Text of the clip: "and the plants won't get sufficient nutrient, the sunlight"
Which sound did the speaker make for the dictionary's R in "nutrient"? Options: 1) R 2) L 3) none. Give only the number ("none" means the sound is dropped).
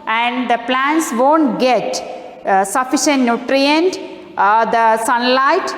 1